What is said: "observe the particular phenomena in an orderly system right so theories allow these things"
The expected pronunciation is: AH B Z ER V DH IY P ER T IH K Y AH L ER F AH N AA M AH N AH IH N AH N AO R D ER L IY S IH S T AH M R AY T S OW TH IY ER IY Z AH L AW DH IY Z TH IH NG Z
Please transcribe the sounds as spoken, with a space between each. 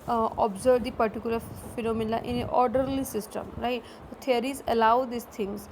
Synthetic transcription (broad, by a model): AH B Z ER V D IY P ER T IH K Y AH L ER F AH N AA M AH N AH IH N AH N AO R D ER L IY S IH S T AH M R AY T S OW T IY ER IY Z AH L AW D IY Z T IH NG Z